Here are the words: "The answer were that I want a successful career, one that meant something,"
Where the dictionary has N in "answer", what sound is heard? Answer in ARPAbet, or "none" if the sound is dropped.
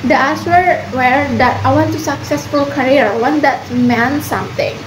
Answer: none